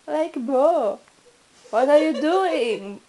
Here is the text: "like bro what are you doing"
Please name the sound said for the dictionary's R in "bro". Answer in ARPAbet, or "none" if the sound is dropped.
none